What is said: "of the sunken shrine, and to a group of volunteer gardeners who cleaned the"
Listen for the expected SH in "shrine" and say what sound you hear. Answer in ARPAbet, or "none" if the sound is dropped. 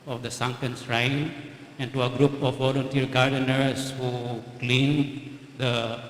S